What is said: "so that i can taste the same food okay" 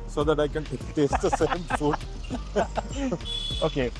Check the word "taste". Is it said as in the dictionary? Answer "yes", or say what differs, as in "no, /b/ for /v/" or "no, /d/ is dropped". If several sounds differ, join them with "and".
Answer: no, /s/ is dropped